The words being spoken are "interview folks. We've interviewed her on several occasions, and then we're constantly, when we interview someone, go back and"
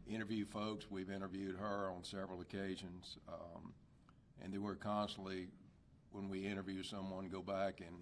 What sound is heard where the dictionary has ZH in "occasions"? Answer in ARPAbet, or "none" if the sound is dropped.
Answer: ZH